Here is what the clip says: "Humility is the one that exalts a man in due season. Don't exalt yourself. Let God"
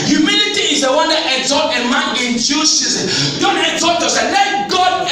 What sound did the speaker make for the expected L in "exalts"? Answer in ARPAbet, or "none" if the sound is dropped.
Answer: none